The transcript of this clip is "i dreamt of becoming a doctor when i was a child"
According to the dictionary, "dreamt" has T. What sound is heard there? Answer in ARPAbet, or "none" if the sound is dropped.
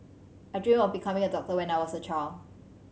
none